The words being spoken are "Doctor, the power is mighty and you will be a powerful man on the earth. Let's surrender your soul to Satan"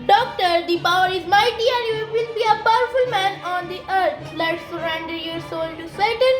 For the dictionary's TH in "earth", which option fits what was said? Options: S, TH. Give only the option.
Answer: S